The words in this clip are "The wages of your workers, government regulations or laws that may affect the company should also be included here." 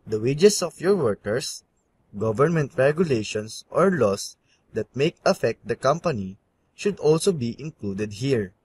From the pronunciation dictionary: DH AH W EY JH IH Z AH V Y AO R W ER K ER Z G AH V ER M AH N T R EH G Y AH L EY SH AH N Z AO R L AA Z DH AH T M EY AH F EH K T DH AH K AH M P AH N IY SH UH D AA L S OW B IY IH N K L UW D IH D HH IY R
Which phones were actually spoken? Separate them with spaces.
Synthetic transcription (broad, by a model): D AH W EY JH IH S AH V Y AO R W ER K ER S G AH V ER M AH N T R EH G Y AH L EY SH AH N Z AO R L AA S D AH T M EY AH F EH K T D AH K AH M P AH N IY SH UH D AA L S OW B IY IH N K L UW D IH D HH IY R